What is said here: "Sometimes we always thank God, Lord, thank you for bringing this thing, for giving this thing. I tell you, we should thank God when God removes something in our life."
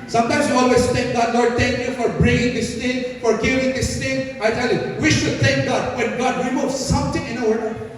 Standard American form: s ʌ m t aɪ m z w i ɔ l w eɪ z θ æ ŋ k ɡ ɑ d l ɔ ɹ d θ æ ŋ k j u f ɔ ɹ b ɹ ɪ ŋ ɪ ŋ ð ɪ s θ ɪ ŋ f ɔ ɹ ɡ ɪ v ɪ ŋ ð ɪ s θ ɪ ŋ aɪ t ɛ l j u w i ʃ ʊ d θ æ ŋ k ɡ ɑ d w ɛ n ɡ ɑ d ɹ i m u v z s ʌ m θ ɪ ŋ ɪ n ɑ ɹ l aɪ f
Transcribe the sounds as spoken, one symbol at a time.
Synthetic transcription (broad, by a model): s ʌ m t aɪ m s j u ɔ l w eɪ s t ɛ ŋ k ɡ ɑ d l ɔ ɹ d t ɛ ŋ k j u f ɔ ɹ b ɹ ɪ ŋ ɪ ŋ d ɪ s t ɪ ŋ f ɔ ɹ ɡ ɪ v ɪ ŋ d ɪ s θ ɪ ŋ aɪ t ɛ l j u w i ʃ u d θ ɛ ŋ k ɡ ɑ d w ɛ n ɡ ɑ d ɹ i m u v s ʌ m t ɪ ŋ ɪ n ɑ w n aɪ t